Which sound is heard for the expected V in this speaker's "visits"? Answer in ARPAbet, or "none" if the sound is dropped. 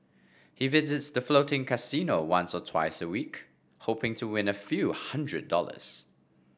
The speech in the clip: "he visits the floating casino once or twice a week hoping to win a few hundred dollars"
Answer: V